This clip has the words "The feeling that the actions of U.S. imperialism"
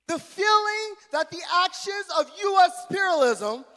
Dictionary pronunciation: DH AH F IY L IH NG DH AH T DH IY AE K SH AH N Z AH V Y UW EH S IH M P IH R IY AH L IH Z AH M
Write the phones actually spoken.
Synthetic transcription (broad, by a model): DH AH F IY L IH NG DH AH T DH IY AE K SH AH N Z AH V Y UW EH S P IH R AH L IH Z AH M